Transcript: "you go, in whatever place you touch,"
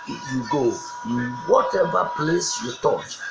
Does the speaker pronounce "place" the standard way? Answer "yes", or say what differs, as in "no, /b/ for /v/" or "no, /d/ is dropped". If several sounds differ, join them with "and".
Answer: yes